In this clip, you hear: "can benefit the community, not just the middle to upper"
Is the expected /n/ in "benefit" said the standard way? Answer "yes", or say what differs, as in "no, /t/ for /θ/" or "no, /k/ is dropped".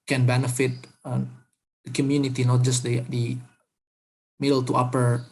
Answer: yes